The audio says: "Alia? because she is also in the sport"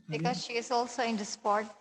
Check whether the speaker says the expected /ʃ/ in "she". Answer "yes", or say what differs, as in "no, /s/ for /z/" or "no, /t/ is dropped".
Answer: yes